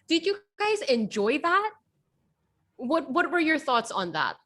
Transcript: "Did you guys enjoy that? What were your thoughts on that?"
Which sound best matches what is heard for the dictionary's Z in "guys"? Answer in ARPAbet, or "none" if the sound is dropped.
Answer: Z